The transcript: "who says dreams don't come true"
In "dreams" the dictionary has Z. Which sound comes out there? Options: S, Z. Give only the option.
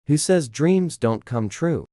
Z